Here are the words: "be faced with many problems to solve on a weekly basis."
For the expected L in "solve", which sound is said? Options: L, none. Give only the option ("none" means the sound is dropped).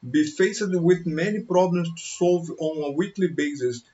L